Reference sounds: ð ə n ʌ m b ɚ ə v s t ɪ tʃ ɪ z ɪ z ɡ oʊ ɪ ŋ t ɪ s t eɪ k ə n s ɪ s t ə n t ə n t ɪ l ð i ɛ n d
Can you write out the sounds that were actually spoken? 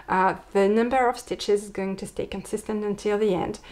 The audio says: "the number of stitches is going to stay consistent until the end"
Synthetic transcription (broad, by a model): ð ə n ʌ m b ɚ ə v s t ɪ tʃ ɪ z ɪ z ɡ oʊ ɪ ŋ t ɪ s t eɪ k ə n s ɪ s t ə n t ə n t ɪ l ð i ɛ n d